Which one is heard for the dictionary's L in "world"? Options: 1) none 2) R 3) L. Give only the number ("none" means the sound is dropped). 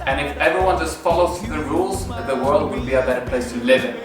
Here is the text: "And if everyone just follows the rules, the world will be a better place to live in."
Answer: 3